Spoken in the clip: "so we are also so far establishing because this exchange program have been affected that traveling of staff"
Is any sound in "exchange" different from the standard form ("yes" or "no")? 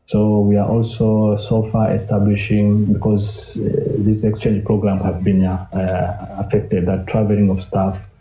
no